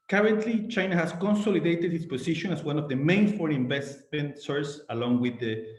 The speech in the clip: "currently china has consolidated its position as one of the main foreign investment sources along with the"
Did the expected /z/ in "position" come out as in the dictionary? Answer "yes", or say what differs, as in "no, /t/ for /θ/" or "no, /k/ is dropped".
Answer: no, /s/ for /z/